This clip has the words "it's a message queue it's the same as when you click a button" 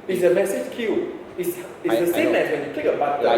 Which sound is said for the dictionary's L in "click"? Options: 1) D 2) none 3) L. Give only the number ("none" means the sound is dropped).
2